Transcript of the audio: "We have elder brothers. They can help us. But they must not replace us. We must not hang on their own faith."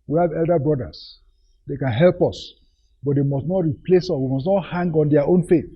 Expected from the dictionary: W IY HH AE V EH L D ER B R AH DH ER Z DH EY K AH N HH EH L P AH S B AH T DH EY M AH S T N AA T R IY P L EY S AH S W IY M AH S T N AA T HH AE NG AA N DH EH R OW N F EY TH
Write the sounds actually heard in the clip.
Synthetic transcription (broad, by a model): W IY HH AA V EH L D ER B R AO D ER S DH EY K AH N HH EH L P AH S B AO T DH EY M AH S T N AA T R IY P L EY S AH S W IY M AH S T N AA T HH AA NG AA N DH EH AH OW N F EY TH